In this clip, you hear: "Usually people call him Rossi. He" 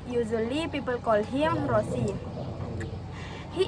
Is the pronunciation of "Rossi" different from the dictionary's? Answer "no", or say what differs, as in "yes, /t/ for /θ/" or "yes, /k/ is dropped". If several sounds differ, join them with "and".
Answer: no